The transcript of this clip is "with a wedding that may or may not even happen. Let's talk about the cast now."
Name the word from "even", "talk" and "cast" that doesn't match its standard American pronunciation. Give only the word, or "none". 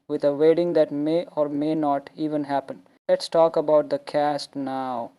none